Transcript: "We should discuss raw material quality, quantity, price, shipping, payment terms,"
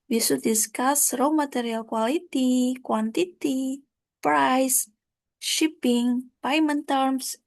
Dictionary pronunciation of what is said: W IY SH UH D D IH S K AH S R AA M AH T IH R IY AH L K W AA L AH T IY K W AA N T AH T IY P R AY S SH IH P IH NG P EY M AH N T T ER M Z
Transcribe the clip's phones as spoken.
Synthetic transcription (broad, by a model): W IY S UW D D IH S K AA S R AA M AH T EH R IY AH L K W AA L AH T IY K W AA N T AH T IY P R AY S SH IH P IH NG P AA M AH N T T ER M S